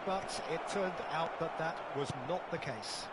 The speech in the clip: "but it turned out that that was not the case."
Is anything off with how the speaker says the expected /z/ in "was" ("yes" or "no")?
no